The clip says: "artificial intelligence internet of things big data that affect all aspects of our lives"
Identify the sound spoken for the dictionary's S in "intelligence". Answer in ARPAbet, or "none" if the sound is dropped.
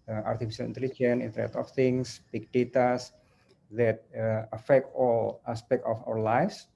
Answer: none